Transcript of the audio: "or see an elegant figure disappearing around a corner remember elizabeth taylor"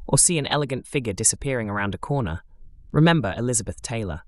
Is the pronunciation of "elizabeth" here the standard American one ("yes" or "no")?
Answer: yes